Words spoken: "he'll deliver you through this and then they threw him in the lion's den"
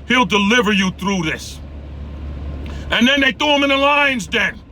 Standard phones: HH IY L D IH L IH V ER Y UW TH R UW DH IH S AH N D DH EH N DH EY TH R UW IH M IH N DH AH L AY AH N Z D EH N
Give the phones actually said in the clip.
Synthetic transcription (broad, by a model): HH IY L D IH L IH V ER Y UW TH R UW DH IH S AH N DH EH N DH EY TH UW IH M IH N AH L AY AH N Z D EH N